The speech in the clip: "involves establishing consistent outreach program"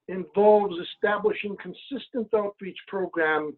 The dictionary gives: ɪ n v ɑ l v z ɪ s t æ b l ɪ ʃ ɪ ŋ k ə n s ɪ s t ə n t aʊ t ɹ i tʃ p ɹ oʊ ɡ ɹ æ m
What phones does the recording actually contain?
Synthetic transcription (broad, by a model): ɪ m v ɑ l v z ɪ s t æ b l ɪ ʃ ɪ ŋ k ə n s ɪ s t ə n t aʊ t ɹ i tʃ p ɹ oʊ ɡ ɹ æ m